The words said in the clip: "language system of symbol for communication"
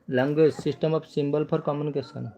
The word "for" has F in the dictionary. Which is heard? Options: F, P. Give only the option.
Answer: P